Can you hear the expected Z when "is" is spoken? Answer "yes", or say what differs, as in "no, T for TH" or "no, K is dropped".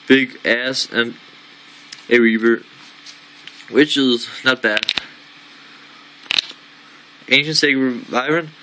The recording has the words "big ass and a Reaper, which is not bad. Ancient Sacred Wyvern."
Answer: yes